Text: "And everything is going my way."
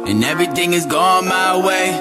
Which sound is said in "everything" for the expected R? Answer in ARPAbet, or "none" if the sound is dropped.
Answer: R